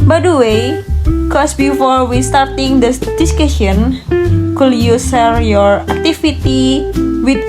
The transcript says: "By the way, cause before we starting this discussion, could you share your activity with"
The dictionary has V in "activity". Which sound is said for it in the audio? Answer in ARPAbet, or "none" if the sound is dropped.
F